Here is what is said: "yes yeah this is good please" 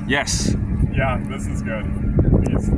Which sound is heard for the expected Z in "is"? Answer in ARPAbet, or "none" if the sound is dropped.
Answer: Z